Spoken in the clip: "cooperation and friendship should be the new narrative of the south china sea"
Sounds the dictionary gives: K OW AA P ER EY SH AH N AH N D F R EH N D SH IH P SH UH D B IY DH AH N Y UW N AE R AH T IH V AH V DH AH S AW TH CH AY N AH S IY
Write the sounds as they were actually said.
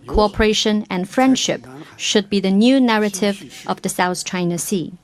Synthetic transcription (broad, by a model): K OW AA P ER EY SH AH N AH N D F R EH N D SH IH P SH UH D B IY DH AH N Y UW N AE R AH T IH V AH V DH AH S AW TH CH AY N AH S IY